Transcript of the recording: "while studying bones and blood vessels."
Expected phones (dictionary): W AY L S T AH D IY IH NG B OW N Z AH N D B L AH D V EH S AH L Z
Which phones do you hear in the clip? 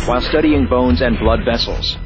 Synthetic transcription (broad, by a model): W AY L S T AH D IY IH NG B OW N Z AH N B L AH D V EH S L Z